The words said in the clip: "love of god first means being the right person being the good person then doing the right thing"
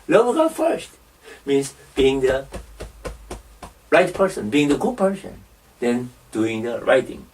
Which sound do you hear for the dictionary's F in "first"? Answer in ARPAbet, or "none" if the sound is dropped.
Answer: F